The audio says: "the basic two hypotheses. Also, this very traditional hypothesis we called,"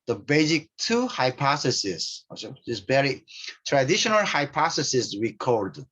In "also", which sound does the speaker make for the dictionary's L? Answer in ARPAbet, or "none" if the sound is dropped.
none